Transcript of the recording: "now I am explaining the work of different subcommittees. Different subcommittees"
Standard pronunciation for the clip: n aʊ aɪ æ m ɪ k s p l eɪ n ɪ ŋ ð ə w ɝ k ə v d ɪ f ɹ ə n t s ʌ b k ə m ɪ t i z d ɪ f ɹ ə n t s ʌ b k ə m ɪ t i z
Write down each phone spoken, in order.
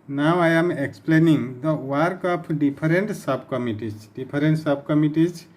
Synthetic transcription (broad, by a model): n aʊ aɪ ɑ m ɪ k s p l eɪ n ɪ ŋ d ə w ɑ k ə p d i p ɹ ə n t s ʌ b k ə m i t i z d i p ɹ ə n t s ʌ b k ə m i t i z